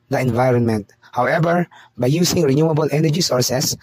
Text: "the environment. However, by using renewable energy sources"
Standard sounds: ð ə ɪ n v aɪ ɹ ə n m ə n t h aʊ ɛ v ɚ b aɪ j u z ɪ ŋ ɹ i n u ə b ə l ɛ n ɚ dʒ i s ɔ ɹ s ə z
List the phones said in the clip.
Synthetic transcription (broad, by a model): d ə ɪ n v aɪ ɹ ə n m ə n t h aʊ ɛ v ɚ b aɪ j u s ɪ ŋ ɹ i n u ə b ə l ɛ n ɚ dʒ i s ɔ ɹ s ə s